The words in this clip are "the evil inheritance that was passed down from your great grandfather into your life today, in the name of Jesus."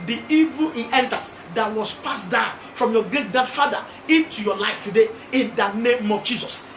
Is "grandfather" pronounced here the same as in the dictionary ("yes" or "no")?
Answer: no